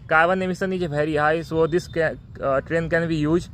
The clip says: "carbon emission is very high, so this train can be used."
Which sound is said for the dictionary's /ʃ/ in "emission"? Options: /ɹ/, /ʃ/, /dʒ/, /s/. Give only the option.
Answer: /s/